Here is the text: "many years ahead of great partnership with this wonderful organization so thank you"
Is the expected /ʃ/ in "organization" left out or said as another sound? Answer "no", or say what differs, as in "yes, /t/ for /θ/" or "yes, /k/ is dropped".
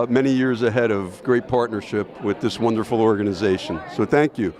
no